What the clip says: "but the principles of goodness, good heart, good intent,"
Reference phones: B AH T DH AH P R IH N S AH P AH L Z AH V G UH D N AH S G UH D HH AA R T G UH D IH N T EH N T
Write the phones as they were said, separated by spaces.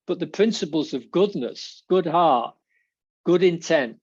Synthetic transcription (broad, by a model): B AH T DH AH P R IH N S AH P AH L Z AH V G UH D N AH S G UH D HH AA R T G UH D IH N T EH N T